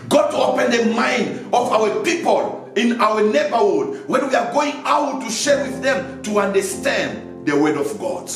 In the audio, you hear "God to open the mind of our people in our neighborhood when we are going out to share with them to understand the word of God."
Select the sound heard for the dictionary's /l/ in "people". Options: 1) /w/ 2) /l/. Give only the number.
2